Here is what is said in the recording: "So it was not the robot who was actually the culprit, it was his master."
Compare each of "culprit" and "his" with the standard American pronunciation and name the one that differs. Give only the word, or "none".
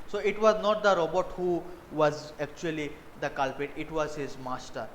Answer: culprit